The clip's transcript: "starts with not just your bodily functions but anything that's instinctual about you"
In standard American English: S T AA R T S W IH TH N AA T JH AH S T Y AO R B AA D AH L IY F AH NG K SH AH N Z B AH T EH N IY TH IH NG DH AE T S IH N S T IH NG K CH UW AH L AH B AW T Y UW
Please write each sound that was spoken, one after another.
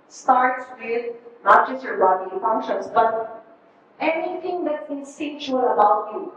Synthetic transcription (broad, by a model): S T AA R T S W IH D N AA T JH AH S T Y AO R B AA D IY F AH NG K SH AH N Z B AH T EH N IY T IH NG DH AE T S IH S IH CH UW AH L AH B AW T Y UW